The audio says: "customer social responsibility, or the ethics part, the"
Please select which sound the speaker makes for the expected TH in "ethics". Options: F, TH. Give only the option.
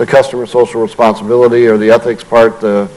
TH